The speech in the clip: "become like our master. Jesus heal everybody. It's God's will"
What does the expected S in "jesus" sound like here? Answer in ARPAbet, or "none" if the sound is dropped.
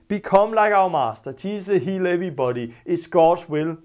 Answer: none